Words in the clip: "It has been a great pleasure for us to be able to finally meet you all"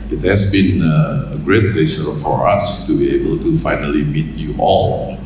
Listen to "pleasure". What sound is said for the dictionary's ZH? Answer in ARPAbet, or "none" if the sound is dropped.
S